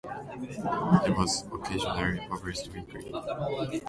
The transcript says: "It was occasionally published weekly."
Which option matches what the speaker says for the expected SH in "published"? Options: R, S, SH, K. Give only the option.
S